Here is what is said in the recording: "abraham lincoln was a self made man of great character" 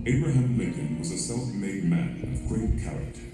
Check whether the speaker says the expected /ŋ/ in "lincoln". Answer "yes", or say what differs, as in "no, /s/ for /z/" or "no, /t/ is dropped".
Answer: no, /ŋ/ is dropped